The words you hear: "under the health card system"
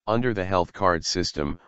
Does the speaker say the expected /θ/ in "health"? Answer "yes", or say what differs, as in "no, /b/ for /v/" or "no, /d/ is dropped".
yes